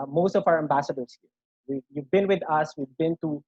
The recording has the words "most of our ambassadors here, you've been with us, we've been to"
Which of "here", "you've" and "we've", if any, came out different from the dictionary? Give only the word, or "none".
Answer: here